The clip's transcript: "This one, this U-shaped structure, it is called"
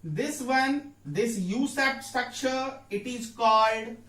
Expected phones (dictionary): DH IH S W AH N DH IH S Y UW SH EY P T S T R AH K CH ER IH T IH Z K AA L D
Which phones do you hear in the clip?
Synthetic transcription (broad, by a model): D IH S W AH N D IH S Y UW S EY T S T R AH K CH ER IH T IH Z K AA L D